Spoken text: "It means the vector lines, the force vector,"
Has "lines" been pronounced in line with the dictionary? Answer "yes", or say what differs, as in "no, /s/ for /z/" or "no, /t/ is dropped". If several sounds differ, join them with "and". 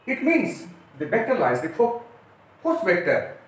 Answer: no, /n/ is dropped